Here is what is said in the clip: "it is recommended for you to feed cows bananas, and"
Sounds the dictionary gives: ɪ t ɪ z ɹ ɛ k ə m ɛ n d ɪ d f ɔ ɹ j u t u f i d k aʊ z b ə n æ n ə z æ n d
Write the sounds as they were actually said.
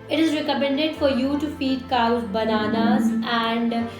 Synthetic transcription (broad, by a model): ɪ t ɪ z ɹ ɛ k ə m ɛ n d ɪ d f ɔ ɹ j u t u f i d k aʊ b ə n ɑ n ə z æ n d